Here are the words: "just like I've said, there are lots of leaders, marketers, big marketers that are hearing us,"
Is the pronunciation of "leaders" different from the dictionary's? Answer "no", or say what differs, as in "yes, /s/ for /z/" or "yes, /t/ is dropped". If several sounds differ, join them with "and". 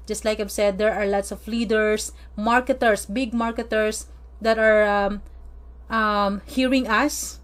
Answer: yes, /s/ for /z/